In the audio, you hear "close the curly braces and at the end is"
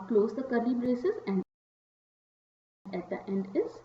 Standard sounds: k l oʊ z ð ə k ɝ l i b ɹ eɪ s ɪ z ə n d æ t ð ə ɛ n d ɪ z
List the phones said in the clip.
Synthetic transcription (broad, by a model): k l oʊ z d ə k ɝ l i b ɹ eɪ s ɪ z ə n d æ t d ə ɛ n d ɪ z